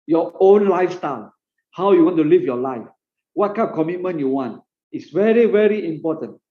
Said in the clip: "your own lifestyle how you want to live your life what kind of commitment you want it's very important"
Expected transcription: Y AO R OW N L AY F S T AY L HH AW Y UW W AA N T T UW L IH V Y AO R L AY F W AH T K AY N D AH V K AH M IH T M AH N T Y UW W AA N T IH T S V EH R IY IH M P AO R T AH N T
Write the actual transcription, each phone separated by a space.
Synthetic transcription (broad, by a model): Y AO OW N L AY F S T AY L HH AW Y UW W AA N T T UW L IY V Y AO L AY F W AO T K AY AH P K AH M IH T M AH N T Y UW W AA N T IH T S V EH R IY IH M P AO T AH N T